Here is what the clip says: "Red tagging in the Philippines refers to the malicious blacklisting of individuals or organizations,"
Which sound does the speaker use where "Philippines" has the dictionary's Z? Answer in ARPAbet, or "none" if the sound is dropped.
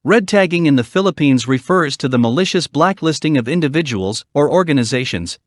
Z